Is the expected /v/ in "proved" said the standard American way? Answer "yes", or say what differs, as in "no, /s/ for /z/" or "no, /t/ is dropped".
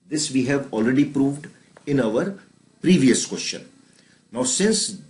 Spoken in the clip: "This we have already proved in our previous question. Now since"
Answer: yes